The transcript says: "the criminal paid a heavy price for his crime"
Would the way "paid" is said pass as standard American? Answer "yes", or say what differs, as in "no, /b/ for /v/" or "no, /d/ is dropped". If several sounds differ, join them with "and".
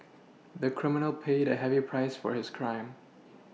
yes